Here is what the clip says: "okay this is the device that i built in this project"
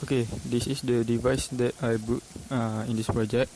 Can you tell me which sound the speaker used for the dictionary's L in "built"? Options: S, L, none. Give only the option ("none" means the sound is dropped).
none